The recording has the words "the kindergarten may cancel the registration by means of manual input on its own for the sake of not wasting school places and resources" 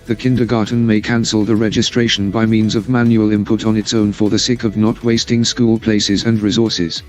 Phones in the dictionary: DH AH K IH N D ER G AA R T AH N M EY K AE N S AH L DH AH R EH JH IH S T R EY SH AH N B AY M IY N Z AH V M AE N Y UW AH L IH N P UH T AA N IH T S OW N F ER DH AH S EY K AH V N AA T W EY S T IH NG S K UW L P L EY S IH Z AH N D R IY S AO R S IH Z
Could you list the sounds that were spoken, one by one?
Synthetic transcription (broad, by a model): DH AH K IH N D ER G AA R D N M EY K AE N S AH L DH AH R EH JH IH S T R EY SH AH N B AY M IY N Z AH V M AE N Y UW AH L IH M P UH T N IH T S OW N F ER DH AH S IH K AH V N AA T W EY S T IH NG S K UW L P L EY S IH Z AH N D R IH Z AO R S IH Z